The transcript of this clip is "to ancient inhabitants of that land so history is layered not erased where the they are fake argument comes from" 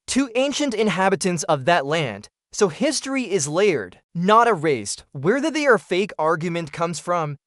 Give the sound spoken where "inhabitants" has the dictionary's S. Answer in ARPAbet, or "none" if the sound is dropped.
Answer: S